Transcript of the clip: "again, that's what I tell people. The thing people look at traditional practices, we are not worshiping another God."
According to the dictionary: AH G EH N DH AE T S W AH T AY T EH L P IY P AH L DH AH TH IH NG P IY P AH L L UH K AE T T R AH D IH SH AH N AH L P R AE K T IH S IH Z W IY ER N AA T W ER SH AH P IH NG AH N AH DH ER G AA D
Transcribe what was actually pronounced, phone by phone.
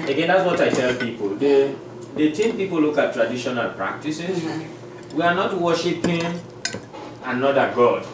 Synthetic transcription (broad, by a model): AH G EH N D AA T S W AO T AY T EH L P IY P AH L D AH T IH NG P IY P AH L L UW K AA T T R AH D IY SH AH N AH L P R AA K T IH S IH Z W IY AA N AA T W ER SH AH P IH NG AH N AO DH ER G AA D